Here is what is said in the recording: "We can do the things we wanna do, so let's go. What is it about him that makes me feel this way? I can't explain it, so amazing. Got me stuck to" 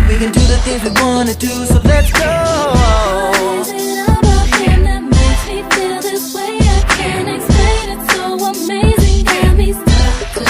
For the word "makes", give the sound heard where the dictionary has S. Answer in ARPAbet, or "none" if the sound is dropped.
none